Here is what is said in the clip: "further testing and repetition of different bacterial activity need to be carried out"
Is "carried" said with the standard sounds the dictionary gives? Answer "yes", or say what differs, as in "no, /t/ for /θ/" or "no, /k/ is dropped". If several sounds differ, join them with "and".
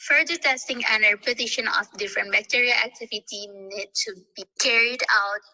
yes